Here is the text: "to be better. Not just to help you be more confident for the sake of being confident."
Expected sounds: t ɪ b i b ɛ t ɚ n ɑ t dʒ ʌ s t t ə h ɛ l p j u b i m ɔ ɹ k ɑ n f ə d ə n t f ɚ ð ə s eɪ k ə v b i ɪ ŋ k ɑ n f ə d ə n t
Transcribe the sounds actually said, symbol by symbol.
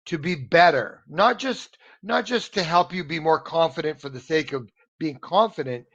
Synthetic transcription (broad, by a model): t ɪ b i b ɛ t ɚ n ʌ t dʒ ʌ s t t ə h ɛ l p j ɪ b i m ɔ ɹ k ɑ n f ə d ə n t f ɚ ð ə s eɪ k ə v b i ɪ ŋ k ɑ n f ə d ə n t